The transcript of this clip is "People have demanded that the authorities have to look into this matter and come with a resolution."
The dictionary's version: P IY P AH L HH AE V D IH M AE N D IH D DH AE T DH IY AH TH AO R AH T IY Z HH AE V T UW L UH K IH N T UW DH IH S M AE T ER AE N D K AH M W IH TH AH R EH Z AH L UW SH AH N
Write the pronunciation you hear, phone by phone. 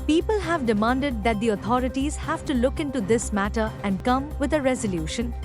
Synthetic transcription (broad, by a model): P IY P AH L HH AE V D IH M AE N D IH D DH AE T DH IY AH T AO R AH T IY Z HH AE V T UW L UH K IH N T UW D IH S M AE T ER AE N D K AH M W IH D AH R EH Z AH L UW SH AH N